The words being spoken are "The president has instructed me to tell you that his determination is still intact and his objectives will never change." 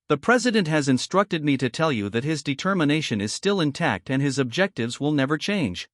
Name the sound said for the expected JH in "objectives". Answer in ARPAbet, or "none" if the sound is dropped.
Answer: JH